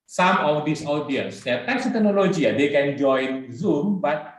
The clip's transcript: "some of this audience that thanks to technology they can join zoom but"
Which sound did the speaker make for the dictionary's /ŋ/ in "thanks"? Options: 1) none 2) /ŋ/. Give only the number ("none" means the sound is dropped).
1